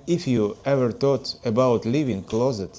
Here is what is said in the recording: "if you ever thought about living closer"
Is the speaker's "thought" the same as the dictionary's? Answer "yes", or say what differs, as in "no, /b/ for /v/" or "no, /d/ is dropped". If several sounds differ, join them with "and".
no, /t/ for /θ/